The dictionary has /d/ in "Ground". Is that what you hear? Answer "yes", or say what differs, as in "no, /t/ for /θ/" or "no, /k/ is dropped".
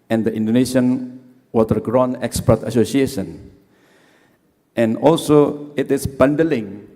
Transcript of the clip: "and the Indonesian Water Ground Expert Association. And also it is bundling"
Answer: no, /d/ is dropped